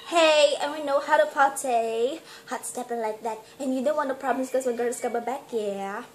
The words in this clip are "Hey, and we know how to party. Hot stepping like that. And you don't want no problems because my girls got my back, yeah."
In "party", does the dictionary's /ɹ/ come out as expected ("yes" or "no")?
no